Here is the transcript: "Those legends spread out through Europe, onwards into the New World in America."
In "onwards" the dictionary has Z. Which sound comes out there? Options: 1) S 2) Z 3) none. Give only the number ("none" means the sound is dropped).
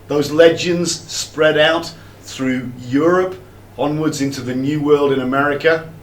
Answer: 2